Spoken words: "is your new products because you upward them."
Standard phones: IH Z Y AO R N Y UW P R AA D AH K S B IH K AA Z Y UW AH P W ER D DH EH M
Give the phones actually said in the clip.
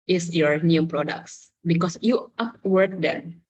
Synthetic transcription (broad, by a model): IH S Y AO R N Y UW P R AA D AH K S B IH K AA S Y UW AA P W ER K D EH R